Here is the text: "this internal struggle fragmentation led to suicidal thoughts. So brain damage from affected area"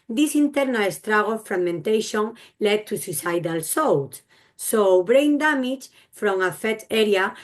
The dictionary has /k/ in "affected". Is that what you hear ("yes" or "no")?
no